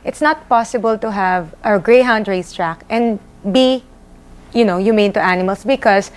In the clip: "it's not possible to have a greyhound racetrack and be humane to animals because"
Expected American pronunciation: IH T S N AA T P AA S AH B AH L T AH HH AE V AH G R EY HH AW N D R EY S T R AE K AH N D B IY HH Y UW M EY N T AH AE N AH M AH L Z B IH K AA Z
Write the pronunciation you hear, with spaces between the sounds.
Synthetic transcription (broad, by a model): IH T S N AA T P AA S AH B AH L T AH HH AE V AH G R EY HH AW N D R EY S T R AE K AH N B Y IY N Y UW M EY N T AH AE N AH M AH L S B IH K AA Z